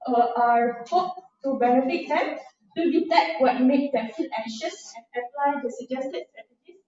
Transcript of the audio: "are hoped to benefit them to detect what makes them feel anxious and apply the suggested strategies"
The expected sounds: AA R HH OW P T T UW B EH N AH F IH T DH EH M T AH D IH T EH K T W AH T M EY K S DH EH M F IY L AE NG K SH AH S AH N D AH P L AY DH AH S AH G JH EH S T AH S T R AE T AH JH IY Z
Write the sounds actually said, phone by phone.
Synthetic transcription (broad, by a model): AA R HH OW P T T UW B EH N AH F IH T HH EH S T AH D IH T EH T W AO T M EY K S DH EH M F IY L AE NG K SH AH S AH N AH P L AY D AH S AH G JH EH S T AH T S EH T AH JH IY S